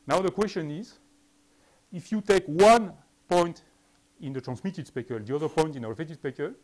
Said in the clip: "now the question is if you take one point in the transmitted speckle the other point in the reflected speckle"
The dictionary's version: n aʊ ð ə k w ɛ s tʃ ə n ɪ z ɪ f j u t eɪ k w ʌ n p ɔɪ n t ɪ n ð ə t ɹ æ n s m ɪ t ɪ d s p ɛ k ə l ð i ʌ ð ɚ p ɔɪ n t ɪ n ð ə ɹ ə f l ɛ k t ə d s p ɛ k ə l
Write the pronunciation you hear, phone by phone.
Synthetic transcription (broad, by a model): n aʊ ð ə k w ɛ s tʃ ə n ɪ z ɪ f j u t eɪ k w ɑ n p ɔɪ n t ɪ n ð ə t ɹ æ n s m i t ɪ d s p ɛ k ə l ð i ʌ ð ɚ p ɔɪ n t ɪ n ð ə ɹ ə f ɛ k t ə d s p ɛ k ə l